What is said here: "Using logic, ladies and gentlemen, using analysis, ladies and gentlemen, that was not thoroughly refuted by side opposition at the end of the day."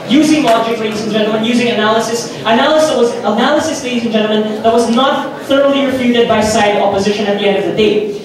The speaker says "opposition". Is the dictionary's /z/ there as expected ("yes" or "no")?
yes